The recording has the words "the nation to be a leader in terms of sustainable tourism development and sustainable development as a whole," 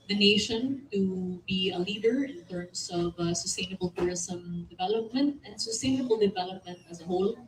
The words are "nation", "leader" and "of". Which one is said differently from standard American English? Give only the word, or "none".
none